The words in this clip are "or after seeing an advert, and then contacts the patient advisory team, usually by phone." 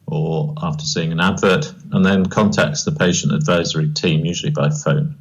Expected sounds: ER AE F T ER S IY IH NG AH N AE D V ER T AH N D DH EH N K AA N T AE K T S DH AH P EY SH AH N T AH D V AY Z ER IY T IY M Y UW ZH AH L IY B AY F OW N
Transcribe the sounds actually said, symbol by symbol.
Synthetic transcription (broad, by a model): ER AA F T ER S IY IH NG AH N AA D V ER T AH N DH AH N K AA N T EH K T S DH AH P EY SH AH N T AH D V AY Z ER IY T IY M Y UW ZH AH L IY B AY F OW N